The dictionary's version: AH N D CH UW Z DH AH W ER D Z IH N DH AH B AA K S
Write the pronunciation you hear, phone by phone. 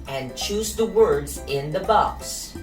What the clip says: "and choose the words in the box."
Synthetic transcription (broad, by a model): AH N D CH UW Z DH AH W ER D Z IH N DH AH B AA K S